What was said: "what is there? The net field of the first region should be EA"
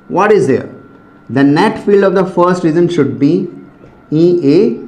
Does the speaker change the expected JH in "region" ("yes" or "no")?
yes